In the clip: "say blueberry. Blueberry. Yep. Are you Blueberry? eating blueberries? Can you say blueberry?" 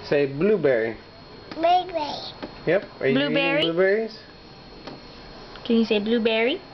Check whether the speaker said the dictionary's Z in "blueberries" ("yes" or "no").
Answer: no